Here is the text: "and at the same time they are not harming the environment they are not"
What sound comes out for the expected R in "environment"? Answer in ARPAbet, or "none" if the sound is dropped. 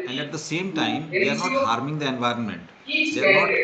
R